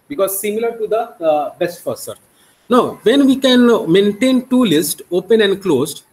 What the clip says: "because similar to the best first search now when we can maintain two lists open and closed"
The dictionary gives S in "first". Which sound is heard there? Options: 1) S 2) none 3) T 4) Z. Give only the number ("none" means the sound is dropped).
2